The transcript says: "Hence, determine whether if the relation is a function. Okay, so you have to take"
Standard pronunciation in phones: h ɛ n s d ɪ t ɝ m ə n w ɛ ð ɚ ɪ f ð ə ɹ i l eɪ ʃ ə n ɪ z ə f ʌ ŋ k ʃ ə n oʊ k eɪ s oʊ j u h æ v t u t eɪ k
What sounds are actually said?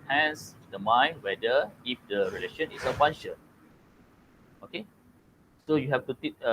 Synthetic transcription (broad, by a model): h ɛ n s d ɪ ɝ m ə n w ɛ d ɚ ɪ f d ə ɹ i l eɪ ʃ ə n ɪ s ə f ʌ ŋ ʃ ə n oʊ k eɪ s oʊ j u h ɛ f t u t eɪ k